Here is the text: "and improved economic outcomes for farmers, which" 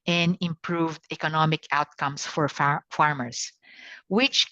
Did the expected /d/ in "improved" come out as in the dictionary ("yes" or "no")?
yes